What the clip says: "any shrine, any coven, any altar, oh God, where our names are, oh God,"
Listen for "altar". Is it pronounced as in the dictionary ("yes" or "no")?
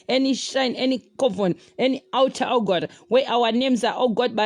no